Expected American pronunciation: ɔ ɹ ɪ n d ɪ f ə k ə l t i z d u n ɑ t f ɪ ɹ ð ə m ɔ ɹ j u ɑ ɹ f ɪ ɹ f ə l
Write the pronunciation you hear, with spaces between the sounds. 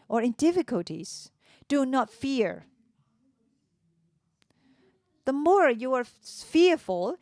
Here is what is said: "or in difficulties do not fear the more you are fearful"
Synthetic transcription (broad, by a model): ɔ ɹ ɪ n d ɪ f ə k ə l t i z d u n ɑ t f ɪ ɹ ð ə m ɔ ɹ j u ɑ ɹ f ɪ ɹ f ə l